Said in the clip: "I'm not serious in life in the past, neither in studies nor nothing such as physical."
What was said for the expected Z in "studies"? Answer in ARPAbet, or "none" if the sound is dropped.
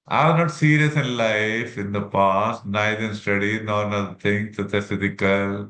none